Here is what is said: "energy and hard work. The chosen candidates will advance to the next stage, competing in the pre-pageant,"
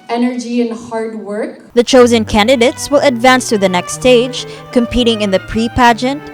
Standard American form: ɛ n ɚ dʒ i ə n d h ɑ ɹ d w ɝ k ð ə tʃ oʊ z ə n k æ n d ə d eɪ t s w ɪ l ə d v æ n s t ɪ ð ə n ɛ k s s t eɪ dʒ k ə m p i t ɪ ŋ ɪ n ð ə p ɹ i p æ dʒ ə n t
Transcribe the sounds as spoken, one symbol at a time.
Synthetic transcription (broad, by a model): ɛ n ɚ dʒ i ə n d h ɑ ɹ d w ɝ k ð ə tʃ oʊ z ə n k æ n d ə d eɪ t s w ɪ l ə d v æ n s t ɪ ð ə n ɛ k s s t eɪ dʒ k ə m p i t ɪ ŋ ɪ n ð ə p ɹ i p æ dʒ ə n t